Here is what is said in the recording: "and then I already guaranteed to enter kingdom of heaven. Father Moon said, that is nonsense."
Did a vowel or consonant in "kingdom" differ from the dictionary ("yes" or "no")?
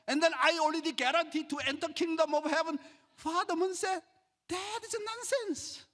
no